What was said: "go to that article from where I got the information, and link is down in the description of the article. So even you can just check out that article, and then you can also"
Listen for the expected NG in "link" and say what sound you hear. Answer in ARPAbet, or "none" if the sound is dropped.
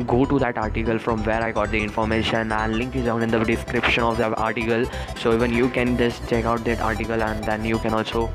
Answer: NG